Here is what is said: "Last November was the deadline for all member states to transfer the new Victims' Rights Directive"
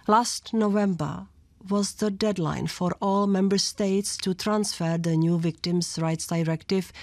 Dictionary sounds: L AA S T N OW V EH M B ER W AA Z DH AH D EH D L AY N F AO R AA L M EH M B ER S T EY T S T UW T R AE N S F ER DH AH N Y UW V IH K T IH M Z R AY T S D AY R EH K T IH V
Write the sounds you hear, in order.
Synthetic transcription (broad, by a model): L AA S T N OW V EH M B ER W AA Z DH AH D EH D L AY N F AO R AA L M EH M B ER S T EY T S T UW T R AE N S F ER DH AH N Y UW V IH K T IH M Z R AY T S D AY R EH K T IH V